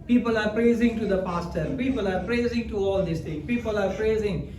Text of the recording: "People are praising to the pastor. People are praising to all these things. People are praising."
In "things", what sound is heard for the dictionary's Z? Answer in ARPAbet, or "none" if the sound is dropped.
none